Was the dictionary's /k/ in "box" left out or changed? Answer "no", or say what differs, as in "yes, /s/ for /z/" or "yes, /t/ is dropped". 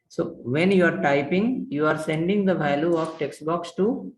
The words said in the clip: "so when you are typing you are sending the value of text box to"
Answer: no